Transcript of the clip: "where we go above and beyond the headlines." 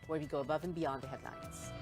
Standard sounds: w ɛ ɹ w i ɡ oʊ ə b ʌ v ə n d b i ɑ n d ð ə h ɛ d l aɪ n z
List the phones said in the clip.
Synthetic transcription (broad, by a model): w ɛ ɹ w i ɡ oʊ ə b ʌ v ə n b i ɑ n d ð ə h ɛ d l aɪ n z